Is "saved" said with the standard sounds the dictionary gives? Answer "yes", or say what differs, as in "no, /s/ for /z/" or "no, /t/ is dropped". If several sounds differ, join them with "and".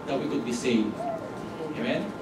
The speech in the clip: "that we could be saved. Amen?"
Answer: no, /d/ is dropped